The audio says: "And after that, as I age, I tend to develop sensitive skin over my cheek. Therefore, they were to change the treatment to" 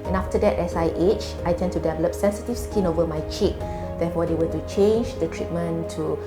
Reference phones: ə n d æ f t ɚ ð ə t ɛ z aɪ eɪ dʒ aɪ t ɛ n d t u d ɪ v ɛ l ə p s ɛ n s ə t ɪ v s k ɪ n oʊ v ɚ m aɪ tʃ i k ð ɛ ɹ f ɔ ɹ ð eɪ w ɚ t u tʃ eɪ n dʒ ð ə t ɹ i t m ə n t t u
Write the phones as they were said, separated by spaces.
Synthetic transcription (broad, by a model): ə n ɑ f t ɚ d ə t ɛ s aɪ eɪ tʃ aɪ t ɛ n t u d ɪ v ɛ l ə p s ɛ n s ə t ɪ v s k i n oʊ v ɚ m aɪ tʃ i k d ɛ f ɔ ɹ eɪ w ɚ t u tʃ eɪ n dʒ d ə t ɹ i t m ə n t t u